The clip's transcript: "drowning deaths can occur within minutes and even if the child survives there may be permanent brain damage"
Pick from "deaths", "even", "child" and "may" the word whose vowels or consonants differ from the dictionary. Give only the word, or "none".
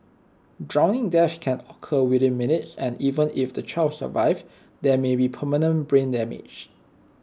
deaths